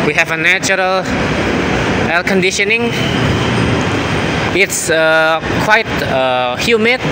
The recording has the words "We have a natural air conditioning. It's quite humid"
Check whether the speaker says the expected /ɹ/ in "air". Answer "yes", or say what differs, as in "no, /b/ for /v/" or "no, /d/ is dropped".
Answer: no, /l/ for /ɹ/